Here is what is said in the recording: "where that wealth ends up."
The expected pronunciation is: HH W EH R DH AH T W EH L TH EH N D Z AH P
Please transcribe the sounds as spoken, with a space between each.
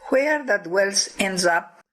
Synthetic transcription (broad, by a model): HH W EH R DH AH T W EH L S EH N D Z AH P